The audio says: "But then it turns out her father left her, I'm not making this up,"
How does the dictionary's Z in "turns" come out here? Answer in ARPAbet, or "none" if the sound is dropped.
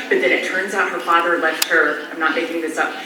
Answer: Z